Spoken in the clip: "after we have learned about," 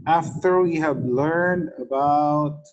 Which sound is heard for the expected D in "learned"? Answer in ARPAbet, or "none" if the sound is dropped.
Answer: D